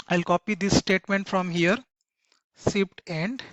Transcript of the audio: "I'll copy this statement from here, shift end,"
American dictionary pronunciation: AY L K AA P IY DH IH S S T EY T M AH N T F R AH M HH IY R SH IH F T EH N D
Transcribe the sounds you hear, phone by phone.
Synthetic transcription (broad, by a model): AY L K AA P IY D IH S S T EY T M AH N T F R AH M HH IY R S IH P T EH N D